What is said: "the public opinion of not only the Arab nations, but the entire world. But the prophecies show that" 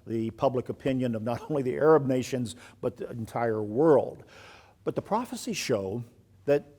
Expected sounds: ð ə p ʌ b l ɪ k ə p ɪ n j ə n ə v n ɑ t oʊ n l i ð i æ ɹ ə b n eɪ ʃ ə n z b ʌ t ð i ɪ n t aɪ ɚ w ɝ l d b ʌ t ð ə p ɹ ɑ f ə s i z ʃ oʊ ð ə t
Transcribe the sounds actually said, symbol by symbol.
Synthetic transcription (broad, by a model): ð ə p ʌ b l ɪ k ə p ɪ n j ə n ə v n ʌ t oʊ n l i ð i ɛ ɹ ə b n eɪ ʃ ə n z b ʌ t ð i ɪ n t aɪ ɚ w ɝ l d b ʌ t ð ə p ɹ ɑ f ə s i ʃ oʊ ð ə t